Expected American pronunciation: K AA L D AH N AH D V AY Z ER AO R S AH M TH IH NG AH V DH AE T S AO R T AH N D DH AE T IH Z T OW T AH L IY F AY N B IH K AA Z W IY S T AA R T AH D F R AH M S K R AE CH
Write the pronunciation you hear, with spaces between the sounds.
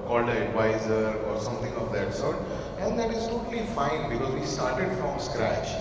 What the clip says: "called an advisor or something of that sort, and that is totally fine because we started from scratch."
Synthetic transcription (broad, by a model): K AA L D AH AH D V AY Z ER AO R S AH M T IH NG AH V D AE T S AO R T AH N D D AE T IH Z T OW T AH L IY F AY N B IH K AA Z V IY S T AA R T AH D F R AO M S K R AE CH